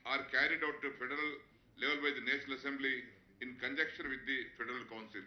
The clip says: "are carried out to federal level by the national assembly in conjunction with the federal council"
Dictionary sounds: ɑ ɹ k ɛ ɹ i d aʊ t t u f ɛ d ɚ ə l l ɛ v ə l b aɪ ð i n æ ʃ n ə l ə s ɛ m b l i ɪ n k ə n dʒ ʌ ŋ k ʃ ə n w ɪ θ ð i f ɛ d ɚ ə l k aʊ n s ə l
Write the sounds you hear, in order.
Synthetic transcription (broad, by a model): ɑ ɹ k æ ɹ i d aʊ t t u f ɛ d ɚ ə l l ɛ v ə l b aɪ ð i n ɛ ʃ n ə l ə s ɛ m b l i ɪ n k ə n dʒ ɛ k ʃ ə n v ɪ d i f ɛ d ɚ ə l k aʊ n s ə l